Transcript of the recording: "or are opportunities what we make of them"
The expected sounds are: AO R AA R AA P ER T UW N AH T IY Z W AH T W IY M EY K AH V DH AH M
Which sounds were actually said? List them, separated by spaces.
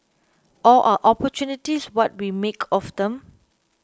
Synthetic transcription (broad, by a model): AO L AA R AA P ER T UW N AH T IY S W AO T W IY M EY K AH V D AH M